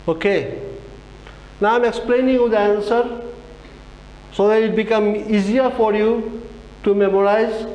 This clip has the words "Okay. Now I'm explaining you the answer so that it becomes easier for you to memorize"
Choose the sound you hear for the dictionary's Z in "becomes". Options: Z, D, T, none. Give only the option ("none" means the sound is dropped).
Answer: none